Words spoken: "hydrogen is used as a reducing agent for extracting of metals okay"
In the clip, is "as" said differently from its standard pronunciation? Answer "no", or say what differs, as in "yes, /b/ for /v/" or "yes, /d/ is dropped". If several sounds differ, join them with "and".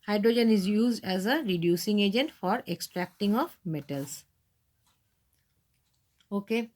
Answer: no